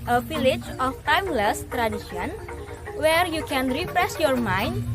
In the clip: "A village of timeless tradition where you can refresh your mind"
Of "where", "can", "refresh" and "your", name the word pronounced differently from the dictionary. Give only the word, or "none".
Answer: refresh